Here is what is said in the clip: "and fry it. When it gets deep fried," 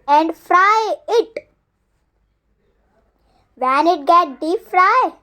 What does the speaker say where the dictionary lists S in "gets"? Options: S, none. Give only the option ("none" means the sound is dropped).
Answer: none